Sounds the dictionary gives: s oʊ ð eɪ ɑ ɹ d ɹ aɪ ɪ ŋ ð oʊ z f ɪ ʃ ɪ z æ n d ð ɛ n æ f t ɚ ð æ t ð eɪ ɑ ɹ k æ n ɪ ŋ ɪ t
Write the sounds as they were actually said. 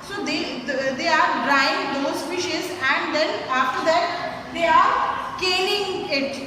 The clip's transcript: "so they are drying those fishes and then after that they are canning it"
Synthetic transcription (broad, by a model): s oʊ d eɪ ɑ ɹ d ɹ aɪ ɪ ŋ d oʊ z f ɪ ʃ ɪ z æ n d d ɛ n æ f t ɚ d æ t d eɪ ɑ ɹ k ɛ l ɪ ŋ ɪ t